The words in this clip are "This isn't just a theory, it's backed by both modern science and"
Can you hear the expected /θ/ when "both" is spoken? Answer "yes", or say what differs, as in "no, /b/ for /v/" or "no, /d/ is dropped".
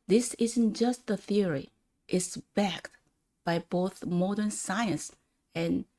yes